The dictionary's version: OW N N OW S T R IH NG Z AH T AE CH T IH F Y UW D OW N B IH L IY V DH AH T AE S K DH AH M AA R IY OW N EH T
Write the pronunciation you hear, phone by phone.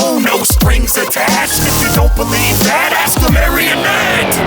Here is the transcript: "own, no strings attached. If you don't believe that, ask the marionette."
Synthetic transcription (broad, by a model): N N OW S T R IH NG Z AH T AE CH T IH F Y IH D OW N B IH L IY V DH AH T AE S K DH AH M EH R IY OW N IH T